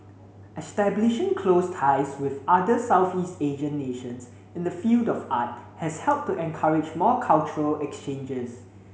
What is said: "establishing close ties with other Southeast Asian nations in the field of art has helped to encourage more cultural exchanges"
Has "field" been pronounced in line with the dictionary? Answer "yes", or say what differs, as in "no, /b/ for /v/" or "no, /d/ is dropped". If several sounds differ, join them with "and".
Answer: yes